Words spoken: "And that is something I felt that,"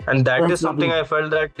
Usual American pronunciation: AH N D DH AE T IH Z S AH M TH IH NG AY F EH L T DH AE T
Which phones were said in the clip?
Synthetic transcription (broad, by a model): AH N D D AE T IH Z S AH M T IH NG AY F EH L T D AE T